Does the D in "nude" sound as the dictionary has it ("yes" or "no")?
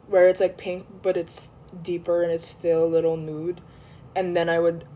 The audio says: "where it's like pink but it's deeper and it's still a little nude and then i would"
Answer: yes